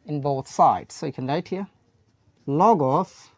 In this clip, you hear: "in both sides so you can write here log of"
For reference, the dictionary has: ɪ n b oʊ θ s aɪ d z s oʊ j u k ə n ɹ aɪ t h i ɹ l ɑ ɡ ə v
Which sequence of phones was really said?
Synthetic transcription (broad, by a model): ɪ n b oʊ θ s aɪ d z s oʊ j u k ə n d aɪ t h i l ɑ ɡ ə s